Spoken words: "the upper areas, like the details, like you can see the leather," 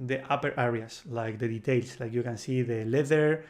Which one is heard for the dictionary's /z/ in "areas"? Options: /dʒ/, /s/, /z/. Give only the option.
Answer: /s/